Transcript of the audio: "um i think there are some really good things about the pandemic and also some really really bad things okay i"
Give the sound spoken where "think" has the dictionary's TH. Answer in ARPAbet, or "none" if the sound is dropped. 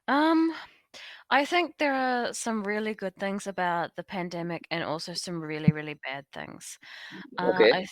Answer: TH